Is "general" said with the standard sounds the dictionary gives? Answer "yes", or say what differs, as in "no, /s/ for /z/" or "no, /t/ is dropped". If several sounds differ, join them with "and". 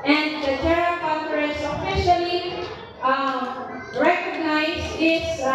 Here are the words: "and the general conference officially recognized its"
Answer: no, /n/ is dropped